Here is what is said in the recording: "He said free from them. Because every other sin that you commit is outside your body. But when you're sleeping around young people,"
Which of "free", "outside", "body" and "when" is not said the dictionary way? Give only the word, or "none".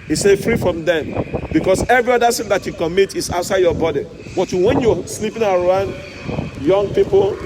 none